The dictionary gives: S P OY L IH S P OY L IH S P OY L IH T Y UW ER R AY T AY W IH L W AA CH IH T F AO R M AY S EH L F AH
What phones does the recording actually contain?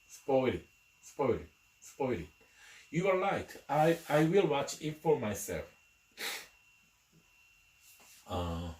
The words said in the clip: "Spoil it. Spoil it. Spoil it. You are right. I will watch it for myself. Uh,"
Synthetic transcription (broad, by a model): S P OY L IH S P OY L IH S P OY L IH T Y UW ER L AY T AY W IH L W AA CH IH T F AO R M AY S EH L F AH